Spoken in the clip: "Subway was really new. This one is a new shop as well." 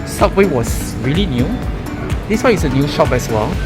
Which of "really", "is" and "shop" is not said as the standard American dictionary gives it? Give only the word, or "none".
is